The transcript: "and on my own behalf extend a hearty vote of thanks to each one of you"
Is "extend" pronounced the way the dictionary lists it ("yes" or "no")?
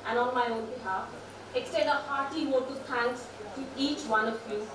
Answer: no